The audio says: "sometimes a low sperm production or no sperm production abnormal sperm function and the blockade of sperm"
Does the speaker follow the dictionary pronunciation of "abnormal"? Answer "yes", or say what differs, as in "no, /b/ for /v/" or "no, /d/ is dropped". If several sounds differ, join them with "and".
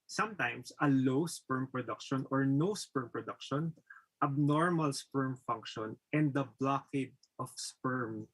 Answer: yes